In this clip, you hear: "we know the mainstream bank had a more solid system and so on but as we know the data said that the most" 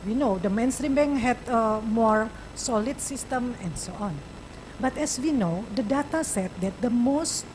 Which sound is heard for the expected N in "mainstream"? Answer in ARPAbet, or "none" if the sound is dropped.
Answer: N